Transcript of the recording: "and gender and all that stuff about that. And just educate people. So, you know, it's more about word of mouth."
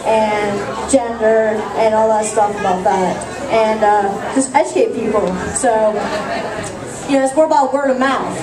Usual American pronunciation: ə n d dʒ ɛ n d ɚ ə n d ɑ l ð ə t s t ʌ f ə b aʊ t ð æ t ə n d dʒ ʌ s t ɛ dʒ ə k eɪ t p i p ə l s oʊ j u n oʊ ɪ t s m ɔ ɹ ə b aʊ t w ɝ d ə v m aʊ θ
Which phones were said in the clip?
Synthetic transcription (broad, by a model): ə n dʒ ɛ n d ɚ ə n ɑ l ð ə t s t ʌ f ə b aʊ t ð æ t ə n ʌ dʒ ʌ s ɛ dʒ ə ɪ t p i p l s oʊ j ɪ n oʊ ɪ t s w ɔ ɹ ə b aʊ t w ɝ d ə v m aʊ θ